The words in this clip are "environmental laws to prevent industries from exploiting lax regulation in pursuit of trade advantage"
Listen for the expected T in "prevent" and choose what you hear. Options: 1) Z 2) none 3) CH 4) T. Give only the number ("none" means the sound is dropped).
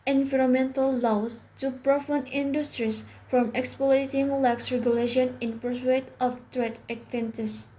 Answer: 2